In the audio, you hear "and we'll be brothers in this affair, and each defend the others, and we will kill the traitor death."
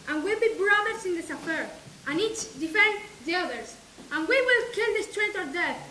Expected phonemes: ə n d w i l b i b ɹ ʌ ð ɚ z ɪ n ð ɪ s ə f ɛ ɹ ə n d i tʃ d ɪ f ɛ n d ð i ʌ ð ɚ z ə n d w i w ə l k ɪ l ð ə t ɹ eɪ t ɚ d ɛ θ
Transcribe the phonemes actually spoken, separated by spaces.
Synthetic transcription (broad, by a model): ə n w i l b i b ɹ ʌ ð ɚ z ɪ n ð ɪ s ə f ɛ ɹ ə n i tʃ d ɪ f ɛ n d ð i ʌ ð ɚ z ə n w i w ə l k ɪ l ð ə t ɹ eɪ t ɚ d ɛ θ